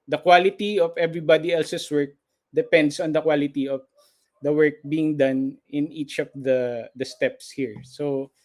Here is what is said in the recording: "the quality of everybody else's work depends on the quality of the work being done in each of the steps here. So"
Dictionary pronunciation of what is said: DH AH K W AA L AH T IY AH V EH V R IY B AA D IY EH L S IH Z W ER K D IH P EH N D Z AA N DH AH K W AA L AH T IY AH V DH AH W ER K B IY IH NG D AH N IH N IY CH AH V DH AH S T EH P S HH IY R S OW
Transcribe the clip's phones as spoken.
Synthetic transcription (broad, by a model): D AH K W AA L AH T IY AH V EH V R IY B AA D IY EH L S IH S W ER K D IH P EH N D S AA N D AH K W AA L AH T IY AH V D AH W ER K B IY IH NG D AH N IH N IY CH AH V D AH S T EH P S HH IY R S OW